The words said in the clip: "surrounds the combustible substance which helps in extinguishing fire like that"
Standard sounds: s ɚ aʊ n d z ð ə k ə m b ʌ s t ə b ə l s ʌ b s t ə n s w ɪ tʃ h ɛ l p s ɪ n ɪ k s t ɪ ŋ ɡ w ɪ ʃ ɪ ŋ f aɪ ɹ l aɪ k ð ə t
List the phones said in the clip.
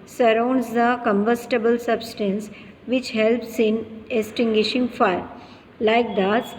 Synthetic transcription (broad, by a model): s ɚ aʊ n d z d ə k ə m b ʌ s t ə b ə l s ʌ b s t ə n s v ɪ tʃ h ɛ l p s ɪ n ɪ s t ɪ ŋ ɡ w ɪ ʃ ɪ ŋ f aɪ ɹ l aɪ k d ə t